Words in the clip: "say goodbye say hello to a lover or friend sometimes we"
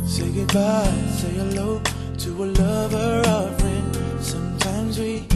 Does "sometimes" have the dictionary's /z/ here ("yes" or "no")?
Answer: yes